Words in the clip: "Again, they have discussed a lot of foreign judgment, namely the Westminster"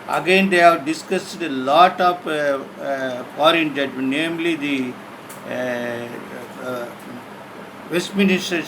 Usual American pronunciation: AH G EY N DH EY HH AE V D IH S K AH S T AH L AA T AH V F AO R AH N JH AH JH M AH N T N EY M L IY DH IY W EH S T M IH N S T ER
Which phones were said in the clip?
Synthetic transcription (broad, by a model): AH G EY N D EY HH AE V D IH S K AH S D AH L AA T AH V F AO R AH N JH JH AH T N EY M L IY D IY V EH S T M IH N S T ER